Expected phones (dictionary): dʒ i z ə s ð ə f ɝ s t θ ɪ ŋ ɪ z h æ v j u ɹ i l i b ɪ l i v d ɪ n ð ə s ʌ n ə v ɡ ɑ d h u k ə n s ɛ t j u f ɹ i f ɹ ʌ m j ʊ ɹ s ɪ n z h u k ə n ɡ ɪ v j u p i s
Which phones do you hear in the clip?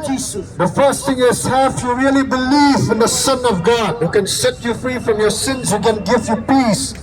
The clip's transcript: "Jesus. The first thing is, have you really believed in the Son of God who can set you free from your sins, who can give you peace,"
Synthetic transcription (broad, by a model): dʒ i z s ð ə f ɝ s t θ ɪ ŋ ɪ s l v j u ɹ i l i b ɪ l i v ɪ n ð ə s ʌ n ə v ɡ ɑ d h u k ə n s ɛ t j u f ɹ i f ɹ ʌ m j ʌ ɹ s ɪ n z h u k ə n ɡ ɪ v j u p i s